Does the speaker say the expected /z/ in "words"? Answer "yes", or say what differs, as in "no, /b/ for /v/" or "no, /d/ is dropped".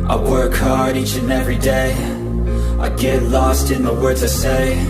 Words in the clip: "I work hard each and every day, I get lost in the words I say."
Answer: yes